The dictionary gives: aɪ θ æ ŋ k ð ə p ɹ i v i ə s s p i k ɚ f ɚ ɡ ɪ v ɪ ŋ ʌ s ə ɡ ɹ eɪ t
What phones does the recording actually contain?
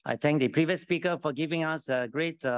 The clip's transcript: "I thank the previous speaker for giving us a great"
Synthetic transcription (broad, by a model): aɪ t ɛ ŋ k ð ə p ɹ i v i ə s s p i k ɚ f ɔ ɡ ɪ v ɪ ŋ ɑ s ə ɡ ɹ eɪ t